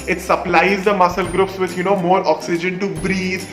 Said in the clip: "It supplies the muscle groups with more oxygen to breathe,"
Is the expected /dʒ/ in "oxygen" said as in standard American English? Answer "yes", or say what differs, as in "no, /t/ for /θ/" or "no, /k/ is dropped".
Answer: yes